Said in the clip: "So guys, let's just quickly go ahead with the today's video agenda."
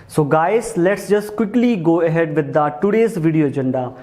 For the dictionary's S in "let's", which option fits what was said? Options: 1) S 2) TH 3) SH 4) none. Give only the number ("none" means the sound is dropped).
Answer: 1